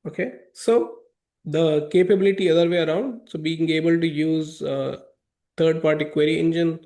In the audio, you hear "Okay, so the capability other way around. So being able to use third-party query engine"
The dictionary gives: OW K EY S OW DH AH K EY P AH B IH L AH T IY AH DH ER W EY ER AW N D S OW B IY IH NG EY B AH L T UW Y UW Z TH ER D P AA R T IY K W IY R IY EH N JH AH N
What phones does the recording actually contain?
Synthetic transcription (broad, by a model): OW K EY S OW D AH K EY P AH B IH L AH T IY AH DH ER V EY ER AW N D S OW B IY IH NG EY B AH L T UW Y UW Z T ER D P AA R T IY K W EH R IY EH N JH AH N